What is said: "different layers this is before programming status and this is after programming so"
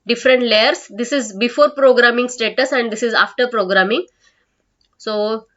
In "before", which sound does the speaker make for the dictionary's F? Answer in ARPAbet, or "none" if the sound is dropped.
F